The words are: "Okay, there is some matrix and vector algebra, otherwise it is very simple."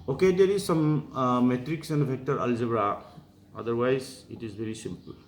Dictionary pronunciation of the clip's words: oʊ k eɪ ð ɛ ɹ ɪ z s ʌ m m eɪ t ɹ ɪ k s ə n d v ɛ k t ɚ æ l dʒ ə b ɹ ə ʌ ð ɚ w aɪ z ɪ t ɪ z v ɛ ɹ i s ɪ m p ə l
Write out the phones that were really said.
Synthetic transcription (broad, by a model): oʊ k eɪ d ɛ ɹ ɪ z s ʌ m m eɪ t ɹ ɪ k s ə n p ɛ k t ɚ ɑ l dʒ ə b ɹ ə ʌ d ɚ w aɪ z ɪ t ɪ z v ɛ ɹ i s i m p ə l